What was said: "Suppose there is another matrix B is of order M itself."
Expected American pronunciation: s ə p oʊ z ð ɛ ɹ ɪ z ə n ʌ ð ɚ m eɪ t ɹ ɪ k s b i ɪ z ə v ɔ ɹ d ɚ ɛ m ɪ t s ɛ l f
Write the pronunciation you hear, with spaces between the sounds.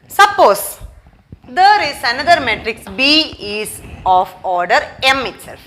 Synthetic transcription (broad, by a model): s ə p oʊ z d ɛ ɹ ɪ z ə n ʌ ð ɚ m eɪ t ɹ ɪ k s b i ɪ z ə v ɔ ɹ d ɚ ɛ m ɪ t s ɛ l f